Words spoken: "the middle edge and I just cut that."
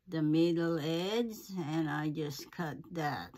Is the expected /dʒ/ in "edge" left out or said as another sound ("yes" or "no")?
yes